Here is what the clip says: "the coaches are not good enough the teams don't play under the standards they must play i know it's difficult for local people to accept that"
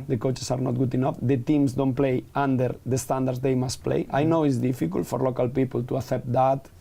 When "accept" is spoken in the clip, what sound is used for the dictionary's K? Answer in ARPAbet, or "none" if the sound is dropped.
none